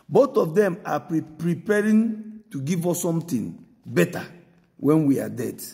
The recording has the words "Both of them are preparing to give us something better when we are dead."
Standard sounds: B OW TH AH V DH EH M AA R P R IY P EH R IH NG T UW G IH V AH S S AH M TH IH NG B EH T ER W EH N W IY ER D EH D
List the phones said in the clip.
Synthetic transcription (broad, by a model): B OW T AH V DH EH M AA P P R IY P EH R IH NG T UW G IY V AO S S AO M T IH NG B EH T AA W EH N W IY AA D EH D